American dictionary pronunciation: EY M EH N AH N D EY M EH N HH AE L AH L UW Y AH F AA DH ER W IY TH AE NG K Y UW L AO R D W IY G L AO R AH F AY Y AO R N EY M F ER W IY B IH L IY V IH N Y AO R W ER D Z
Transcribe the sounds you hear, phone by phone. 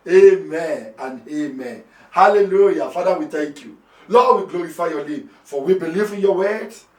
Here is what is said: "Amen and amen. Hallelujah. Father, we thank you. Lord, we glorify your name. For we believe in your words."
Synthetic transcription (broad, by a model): EY M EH N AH N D EY M EH N HH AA L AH L UW Y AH F AA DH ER W IY T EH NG K Y UW L AO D W IY G L AO R AH F AY Y AO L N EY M F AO W IY B IH L IY V IH N Y AO W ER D